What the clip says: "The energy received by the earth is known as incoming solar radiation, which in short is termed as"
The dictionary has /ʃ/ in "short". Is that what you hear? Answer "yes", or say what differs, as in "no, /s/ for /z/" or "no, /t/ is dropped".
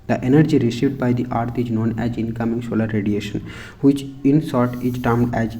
no, /s/ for /ʃ/